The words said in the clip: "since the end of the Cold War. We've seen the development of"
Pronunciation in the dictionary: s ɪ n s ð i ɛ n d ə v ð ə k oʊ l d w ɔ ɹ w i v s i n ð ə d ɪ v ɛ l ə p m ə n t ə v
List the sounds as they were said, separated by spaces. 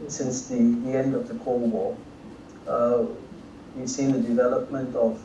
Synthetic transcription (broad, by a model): s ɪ n s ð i ɛ n d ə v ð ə k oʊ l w ɔ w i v s i n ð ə d ɪ v ɛ l ə p m ə n t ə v